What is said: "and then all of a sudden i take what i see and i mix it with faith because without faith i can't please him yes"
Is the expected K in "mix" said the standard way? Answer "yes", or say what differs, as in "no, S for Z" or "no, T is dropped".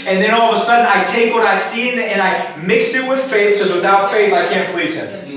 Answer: yes